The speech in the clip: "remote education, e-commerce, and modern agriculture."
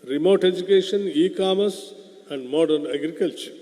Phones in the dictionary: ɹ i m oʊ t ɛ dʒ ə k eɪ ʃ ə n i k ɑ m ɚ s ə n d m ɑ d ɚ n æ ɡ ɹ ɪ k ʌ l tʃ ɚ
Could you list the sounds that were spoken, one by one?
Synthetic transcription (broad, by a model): ɹ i m oʊ t ɛ dʒ ə k eɪ ʃ ə n i k ɑ m ɚ s ə n d m ɑ d ɚ n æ ɡ ɹ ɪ k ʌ l tʃ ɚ